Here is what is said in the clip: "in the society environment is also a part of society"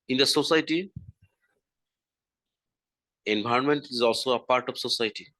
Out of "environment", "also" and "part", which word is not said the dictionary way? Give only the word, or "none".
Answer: environment